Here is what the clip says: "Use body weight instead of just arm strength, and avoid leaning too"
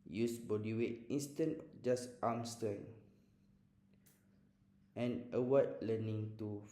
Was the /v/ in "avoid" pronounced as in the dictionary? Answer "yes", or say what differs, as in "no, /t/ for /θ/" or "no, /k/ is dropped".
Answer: no, /w/ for /v/